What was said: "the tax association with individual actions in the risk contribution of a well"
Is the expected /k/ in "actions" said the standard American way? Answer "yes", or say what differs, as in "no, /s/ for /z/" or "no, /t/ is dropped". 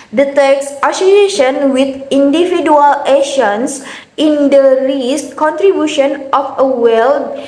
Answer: no, /k/ is dropped